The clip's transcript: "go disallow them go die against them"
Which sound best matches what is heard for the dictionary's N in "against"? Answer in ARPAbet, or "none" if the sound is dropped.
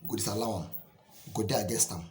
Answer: none